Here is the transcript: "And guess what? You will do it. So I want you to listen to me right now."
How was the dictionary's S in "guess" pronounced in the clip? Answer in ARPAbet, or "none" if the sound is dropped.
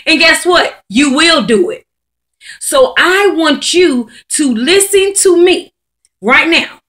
S